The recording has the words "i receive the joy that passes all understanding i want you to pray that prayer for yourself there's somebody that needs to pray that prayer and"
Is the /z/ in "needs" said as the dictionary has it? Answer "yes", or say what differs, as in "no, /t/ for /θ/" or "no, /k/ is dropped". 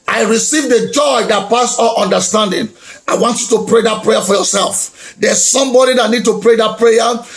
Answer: no, /z/ is dropped